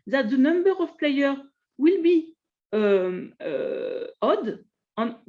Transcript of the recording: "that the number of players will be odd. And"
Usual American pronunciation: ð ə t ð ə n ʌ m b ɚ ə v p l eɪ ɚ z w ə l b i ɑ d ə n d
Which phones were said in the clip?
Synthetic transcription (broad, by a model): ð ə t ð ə n ʌ m b ɚ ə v p l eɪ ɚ w ə l b i ɑ d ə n